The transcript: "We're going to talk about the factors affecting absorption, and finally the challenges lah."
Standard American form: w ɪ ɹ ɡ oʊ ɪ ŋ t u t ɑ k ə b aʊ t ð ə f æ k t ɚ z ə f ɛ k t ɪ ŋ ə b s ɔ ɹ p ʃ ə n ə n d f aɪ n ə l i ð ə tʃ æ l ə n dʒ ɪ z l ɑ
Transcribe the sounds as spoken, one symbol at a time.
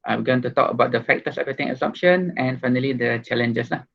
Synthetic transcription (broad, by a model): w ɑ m ɡ oʊ ɪ ŋ t u t ɑ k ə b aʊ t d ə f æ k t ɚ s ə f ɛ t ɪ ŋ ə s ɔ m p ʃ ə n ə n f aɪ n ə l i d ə tʃ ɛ l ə n dʒ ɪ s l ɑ